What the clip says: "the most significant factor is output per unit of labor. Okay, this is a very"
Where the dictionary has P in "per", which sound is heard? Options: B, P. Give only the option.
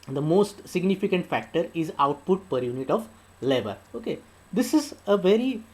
P